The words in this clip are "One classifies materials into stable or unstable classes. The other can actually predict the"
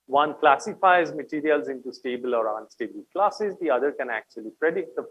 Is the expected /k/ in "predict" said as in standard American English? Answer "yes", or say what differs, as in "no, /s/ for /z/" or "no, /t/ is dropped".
no, /k/ is dropped